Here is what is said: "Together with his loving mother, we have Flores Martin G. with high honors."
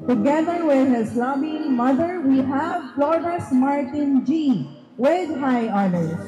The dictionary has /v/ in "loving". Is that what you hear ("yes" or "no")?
no